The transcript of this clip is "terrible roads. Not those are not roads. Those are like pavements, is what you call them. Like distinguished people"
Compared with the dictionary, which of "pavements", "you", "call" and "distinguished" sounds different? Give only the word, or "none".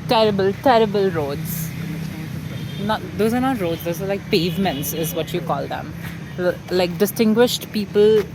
none